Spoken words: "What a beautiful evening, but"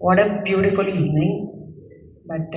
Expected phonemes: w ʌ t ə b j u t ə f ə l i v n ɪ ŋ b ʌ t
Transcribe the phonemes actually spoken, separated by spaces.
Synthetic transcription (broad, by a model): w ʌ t ə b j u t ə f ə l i n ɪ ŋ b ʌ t